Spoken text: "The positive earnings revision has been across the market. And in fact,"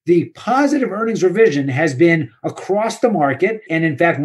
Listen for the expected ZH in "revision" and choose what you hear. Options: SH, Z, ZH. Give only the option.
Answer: ZH